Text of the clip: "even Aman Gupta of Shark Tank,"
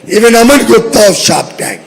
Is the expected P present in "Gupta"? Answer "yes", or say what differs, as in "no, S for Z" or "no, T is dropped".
no, P is dropped